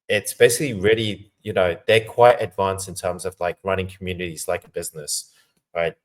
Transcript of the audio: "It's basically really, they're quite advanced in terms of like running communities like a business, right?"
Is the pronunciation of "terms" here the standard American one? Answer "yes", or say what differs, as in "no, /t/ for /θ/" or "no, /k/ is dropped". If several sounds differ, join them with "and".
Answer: yes